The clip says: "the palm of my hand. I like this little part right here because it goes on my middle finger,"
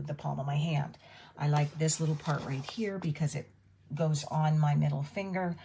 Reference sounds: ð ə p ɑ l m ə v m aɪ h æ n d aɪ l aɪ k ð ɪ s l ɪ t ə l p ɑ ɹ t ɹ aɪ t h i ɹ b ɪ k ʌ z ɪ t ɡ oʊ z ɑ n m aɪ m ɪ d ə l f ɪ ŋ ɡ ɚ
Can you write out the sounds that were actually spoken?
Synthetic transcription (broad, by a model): ð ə p ɑ l m ə v m aɪ h æ n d aɪ l aɪ k ð ɪ s l ɪ t l p ɑ ɹ t ɹ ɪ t h i ɹ b ɪ k ʌ z ɪ t ɡ oʊ z n m aɪ m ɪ d l f ɪ ŋ ɡ ɚ